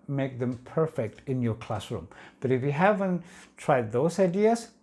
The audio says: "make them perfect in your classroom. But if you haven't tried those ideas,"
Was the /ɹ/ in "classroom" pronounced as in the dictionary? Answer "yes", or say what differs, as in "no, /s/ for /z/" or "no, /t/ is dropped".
yes